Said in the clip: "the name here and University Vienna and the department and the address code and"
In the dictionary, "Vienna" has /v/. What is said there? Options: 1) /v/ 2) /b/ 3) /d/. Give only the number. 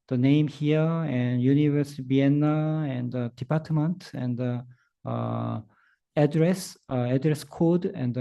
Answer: 2